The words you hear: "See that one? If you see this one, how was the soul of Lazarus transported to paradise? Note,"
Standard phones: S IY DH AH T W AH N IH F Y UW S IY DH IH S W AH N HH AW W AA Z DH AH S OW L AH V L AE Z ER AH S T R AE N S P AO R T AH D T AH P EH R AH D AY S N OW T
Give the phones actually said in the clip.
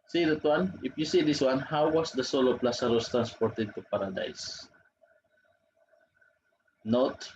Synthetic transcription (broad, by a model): S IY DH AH T W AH N IH F Y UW S IY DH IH S W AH N HH AW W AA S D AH S OW L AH P L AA S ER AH S T R AE N S P AO R T AH D T AH P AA R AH D AY S N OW T